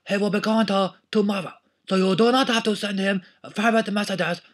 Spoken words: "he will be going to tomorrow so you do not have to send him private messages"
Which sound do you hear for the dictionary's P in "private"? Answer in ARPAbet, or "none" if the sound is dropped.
F